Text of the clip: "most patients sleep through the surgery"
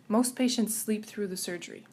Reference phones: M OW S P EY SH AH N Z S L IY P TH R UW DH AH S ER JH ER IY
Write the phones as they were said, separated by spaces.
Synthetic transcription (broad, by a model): M OW S P EY SH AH N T S L IY P TH R UW DH AH S ER JH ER IY